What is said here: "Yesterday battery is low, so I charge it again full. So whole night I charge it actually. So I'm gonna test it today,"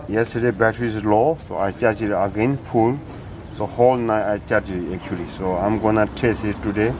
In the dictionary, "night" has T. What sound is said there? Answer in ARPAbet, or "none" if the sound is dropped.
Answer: none